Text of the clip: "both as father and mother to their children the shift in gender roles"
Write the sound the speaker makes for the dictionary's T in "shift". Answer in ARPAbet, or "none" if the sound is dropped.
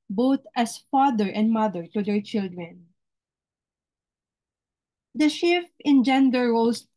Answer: none